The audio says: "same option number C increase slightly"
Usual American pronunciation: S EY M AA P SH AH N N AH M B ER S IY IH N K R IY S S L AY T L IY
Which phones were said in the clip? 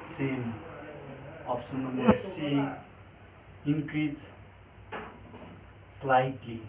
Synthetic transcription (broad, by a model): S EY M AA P S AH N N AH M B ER S IY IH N K R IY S S L AY T L IY